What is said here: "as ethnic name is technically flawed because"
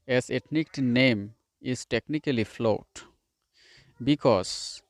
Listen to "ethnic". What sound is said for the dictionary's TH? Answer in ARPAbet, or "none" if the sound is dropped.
T